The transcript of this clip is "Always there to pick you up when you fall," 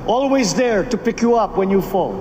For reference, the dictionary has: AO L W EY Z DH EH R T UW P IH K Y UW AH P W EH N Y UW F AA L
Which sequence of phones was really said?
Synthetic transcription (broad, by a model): AO L W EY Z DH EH R T UW P IH K Y UW AH P W EH N Y UW F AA L